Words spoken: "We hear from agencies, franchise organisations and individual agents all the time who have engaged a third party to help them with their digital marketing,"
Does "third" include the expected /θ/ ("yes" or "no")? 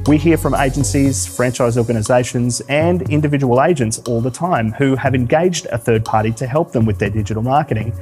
yes